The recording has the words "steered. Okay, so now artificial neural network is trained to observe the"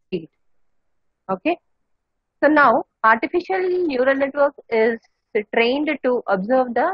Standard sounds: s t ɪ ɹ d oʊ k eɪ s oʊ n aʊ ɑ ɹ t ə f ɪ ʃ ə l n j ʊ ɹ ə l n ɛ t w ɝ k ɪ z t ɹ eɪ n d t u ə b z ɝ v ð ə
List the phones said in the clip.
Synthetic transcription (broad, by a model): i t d oʊ k eɪ s oʊ n aʊ ɑ ɹ t ə f ɪ ʃ ə l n j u ɹ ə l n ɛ t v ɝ k ɪ z t ɹ eɪ n d t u ə b z ɝ v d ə